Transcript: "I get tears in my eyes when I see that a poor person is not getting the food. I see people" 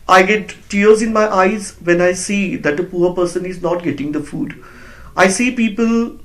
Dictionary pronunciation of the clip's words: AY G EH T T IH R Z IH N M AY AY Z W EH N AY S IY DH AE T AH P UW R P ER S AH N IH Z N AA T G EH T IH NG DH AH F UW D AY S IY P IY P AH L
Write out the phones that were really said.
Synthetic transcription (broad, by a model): AY G EH T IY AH R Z IH N M AY AY Z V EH N AY S IY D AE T AH P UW R P ER S AH N IH Z N AA T G EH T IH NG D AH F UW D AY S IY P IY P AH L